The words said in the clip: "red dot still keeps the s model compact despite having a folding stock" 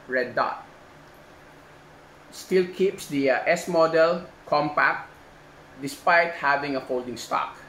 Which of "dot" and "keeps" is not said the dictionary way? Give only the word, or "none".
none